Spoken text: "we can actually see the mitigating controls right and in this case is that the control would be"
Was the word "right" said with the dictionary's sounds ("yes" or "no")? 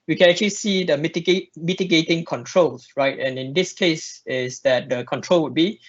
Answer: yes